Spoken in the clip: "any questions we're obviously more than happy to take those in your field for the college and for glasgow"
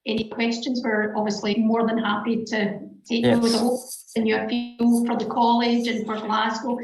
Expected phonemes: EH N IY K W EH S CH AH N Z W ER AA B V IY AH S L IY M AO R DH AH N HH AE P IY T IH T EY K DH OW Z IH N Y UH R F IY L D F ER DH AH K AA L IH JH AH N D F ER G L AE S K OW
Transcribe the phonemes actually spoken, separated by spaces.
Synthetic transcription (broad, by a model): EH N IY K W EH S CH AH N Z W ER AA B V IY AH S L IY M AO R DH AH N HH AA P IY T IH T EY K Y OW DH IH N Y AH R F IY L F ER DH AH K AA L IH JH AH N F ER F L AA S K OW